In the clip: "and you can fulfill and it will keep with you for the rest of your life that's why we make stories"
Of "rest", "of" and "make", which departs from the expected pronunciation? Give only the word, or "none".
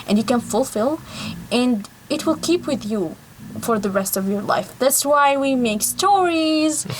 none